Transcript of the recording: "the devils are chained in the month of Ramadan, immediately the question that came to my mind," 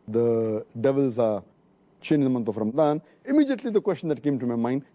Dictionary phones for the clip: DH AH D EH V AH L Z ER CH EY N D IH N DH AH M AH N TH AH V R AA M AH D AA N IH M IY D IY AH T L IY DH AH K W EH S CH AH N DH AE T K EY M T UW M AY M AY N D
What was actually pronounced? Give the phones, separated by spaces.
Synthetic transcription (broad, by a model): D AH D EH V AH L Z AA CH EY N IH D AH M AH N T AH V R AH M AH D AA N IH M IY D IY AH T L IY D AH K W EH S CH AH N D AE T K EY M T UW M AY M AY N D